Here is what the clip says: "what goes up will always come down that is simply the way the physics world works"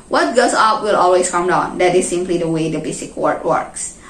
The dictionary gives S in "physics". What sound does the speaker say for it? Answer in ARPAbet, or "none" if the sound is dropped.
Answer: none